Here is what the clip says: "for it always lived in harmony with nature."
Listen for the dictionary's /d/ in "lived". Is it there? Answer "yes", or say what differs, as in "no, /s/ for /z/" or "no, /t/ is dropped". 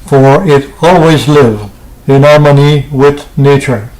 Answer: no, /d/ is dropped